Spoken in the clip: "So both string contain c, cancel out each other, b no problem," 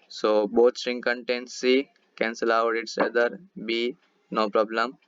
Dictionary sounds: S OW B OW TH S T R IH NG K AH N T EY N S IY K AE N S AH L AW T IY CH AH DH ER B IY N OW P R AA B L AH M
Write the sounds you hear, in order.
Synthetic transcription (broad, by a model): S OW B OW T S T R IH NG K AH N T EY N S IY K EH N S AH L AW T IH S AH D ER B IY N OW P R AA B L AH M